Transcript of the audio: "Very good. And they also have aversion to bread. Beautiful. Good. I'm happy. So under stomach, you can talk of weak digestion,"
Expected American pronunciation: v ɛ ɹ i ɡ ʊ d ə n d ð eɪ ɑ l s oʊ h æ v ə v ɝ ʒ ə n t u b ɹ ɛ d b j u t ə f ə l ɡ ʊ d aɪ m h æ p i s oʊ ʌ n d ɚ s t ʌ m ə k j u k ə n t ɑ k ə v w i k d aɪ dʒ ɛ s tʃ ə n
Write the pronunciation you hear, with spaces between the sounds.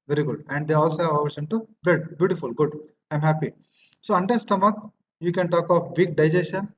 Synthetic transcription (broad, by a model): v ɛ ɹ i ɡ ʊ d ə n d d eɪ ɑ l s oʊ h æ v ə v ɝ ʃ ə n t u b ɛ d b j u t ə f ə l ɡ ʊ d aɪ m h æ p i s oʊ ʌ n d ɚ s t ʌ m ə k j u k ə n t ɑ k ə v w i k d aɪ dʒ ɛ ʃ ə n